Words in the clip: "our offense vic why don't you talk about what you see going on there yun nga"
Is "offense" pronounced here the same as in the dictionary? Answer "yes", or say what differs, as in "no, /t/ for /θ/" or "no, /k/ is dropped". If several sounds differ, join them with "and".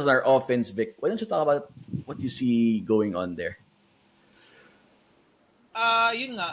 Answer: yes